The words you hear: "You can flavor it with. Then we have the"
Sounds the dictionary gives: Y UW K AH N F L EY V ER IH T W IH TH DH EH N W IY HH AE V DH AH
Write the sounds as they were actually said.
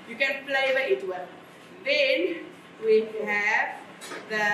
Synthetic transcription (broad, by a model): Y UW K AH N P L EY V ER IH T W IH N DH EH N W IY HH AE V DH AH